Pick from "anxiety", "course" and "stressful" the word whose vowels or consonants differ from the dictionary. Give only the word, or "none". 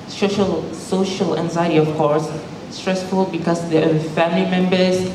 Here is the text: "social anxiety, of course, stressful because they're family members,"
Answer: none